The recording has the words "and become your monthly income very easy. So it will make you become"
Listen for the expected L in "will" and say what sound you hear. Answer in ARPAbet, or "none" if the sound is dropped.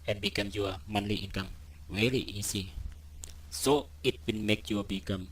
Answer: N